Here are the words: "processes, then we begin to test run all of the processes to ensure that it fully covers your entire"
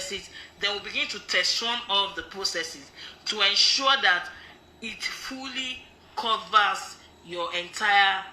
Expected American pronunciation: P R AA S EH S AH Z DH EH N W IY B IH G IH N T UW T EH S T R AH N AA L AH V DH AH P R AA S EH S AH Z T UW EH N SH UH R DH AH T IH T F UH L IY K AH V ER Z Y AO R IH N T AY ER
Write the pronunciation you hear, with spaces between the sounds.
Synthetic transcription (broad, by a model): S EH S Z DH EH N W IY B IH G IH N T UW T EH S T W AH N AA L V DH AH P R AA S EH S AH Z T UW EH N SH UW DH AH T IH T F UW L IY K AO V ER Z Y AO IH N T AY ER